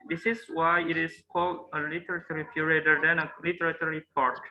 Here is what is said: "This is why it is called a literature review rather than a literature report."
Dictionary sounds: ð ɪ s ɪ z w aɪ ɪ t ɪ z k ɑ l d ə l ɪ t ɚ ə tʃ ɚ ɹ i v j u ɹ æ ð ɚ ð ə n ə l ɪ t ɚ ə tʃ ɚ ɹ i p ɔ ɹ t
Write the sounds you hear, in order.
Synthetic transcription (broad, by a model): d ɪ s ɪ s w aɪ ɪ t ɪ s k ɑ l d ə l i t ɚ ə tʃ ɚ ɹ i p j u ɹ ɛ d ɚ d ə n ə l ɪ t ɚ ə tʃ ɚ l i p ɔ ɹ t